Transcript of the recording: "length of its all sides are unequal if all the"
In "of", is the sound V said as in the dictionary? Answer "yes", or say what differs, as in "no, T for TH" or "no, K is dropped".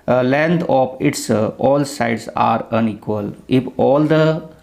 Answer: no, P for V